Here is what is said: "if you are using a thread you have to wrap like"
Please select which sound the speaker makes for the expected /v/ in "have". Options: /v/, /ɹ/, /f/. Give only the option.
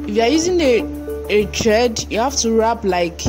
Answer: /f/